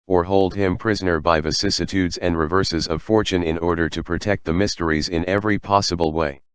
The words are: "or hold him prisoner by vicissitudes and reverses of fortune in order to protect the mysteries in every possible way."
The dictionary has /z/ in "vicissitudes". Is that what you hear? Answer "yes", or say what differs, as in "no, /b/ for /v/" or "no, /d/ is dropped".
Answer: yes